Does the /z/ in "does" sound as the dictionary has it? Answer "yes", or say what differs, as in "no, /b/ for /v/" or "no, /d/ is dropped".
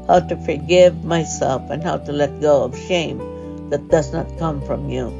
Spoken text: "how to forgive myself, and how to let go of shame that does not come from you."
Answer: yes